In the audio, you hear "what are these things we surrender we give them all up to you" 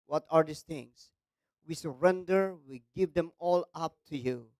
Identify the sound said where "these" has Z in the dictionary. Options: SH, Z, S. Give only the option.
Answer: S